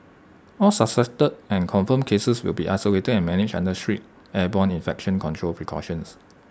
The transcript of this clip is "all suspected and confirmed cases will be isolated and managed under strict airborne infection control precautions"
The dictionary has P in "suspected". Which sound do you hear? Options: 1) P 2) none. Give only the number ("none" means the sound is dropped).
2